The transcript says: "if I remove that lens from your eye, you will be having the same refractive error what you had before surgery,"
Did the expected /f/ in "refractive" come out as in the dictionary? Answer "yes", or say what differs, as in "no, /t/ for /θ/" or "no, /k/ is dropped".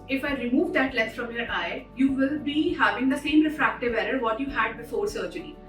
yes